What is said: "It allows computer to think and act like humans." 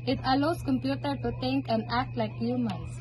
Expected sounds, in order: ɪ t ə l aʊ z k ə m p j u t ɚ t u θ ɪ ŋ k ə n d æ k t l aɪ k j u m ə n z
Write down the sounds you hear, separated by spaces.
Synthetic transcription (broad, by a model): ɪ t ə l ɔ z k ə m p j u t ɚ t u t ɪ ŋ k ə n d æ k t l aɪ k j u m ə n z